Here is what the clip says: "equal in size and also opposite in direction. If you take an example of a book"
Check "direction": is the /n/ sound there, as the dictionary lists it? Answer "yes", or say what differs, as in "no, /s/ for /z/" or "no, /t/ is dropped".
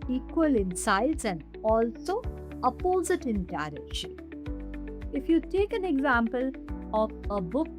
no, /n/ is dropped